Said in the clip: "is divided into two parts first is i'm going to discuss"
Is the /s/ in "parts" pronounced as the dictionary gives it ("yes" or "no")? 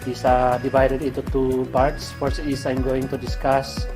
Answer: yes